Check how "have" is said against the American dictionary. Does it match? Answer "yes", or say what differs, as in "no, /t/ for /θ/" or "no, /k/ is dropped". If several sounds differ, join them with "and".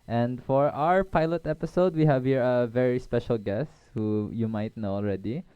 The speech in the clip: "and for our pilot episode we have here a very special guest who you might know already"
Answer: yes